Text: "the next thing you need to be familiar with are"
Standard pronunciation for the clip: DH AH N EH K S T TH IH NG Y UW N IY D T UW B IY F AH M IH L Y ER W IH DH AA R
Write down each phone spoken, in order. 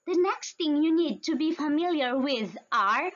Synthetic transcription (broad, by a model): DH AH N EH K S T T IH NG Y UW N IY D T UW B IY F AH M IH L Y ER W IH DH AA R